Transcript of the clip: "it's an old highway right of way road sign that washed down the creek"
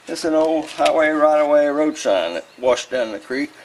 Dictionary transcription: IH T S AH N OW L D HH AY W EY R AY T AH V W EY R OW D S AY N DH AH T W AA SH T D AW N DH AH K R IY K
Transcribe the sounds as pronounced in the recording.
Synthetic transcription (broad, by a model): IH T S AH N OW L D HH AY W EY R AY T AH W EY R OW D SH AY N DH AH T W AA SH D AW N DH AH K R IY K